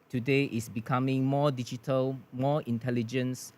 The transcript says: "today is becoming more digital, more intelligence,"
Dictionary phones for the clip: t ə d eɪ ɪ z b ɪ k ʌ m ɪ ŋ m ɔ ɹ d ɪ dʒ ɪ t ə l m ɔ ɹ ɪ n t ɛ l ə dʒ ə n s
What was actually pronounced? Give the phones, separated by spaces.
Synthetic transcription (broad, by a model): t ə d eɪ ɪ s b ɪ k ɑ m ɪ ŋ m ɔ d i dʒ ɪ t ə l m ɔ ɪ n t ɛ l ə dʒ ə n s